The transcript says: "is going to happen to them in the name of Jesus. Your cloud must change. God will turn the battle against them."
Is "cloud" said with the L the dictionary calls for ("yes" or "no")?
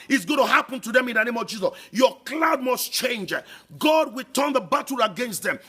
yes